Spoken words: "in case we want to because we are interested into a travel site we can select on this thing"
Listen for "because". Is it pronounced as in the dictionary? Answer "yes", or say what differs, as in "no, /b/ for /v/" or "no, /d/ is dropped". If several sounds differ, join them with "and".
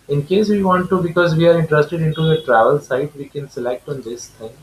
yes